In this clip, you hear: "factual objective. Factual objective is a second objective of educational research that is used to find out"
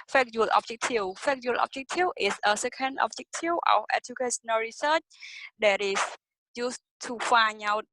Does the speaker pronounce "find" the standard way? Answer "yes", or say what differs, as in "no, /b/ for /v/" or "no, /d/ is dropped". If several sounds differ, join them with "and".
no, /d/ is dropped